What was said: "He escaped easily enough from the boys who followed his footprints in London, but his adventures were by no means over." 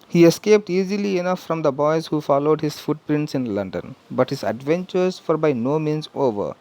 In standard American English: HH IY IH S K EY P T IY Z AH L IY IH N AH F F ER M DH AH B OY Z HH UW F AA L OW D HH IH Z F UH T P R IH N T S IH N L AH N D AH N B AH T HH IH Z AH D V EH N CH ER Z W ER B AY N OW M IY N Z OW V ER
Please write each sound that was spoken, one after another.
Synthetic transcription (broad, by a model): HH IY IH S K EY P T IY Z AH L IY IH N AH F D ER M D AH B OY Z HH UW F AA L OW D HH IH Z F UH T P R IH N T S IH N L AH N D AH N B AH T HH IH Z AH D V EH N CH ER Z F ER B AY N OW M IY N Z OW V ER